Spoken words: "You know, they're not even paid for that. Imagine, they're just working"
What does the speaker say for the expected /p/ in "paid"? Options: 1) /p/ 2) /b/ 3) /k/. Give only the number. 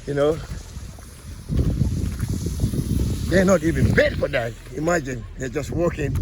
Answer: 2